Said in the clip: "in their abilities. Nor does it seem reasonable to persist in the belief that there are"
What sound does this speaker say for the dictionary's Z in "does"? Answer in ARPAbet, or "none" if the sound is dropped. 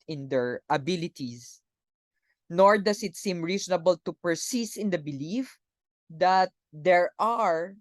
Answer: S